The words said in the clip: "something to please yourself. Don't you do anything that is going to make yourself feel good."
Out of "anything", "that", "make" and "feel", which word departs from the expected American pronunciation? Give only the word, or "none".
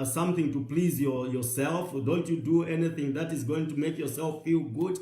none